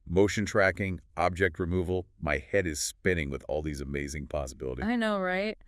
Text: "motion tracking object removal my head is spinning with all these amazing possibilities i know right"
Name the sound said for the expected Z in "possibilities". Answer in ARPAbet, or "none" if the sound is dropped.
none